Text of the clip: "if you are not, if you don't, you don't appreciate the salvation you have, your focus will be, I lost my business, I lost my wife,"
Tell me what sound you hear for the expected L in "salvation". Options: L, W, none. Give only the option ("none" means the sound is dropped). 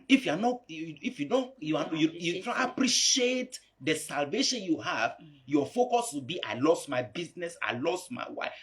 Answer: L